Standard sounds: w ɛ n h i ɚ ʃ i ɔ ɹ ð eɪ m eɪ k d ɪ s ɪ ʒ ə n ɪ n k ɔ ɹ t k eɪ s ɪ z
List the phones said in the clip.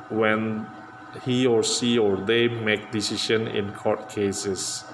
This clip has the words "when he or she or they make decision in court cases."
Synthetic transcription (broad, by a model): w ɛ n h i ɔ s i ɔ ɹ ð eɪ m eɪ k d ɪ s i ʃ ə n ɪ n k ɔ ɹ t k eɪ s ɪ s